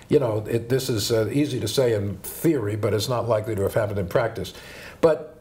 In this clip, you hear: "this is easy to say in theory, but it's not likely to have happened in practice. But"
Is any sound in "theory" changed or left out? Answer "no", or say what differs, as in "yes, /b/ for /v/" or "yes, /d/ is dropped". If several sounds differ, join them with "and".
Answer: no